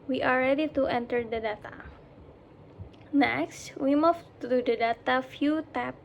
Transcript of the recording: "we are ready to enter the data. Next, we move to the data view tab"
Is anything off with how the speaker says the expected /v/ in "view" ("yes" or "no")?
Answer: yes